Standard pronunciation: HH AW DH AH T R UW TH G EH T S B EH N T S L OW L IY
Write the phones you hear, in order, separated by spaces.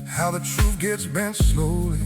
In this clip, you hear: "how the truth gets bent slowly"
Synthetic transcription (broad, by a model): HH AW DH AH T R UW F G EH T S B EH N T S L OW L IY